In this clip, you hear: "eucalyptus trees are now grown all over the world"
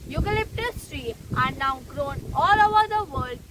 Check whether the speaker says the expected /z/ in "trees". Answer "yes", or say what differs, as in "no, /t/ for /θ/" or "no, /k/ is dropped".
no, /z/ is dropped